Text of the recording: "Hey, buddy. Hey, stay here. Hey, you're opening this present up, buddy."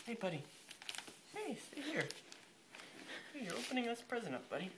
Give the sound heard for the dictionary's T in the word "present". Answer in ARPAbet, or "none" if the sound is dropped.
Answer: none